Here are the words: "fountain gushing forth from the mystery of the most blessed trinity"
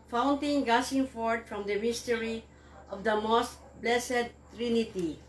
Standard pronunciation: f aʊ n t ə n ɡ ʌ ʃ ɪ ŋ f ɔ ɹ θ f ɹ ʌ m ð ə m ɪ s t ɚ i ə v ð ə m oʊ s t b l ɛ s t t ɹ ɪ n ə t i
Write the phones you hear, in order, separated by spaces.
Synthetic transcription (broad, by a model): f aʊ n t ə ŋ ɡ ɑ s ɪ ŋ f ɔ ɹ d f ɹ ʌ m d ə m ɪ s t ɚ i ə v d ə m oʊ s t b l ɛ s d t ɹ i n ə t i